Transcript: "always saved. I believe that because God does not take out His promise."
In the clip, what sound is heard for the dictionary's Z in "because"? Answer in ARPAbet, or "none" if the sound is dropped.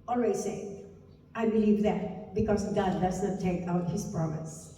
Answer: S